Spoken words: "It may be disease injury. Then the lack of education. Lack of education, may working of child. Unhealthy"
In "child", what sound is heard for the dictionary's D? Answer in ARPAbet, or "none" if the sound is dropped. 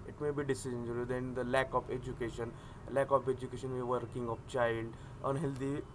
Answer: D